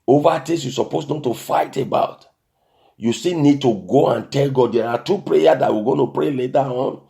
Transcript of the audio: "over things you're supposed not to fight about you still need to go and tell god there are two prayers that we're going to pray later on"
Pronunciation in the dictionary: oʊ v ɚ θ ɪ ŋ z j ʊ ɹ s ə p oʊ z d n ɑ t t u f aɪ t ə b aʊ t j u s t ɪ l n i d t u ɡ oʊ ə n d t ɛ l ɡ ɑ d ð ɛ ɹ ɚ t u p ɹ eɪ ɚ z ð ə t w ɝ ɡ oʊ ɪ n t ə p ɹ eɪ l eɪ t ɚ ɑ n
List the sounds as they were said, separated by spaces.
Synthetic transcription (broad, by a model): oʊ v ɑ t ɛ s j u s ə p oʊ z n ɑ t t u f aɪ t ə b aʊ t j u s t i n i d t u ɡ oʊ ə n t ɛ l ɡ ɑ d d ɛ ɹ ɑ t u p ɹ eɪ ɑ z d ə t w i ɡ oʊ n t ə p ɹ eɪ l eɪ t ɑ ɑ n